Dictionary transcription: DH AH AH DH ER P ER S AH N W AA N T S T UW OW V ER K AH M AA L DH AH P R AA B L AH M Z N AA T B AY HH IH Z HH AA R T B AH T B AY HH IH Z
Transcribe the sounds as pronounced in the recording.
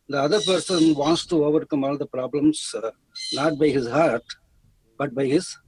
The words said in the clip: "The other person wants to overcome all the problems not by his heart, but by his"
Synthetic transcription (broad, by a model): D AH AH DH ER P ER S AH N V AA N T S T UW OW V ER K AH M AA L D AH P R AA B L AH M S N AA T B AY HH IH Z HH AA R T B AH T B AY HH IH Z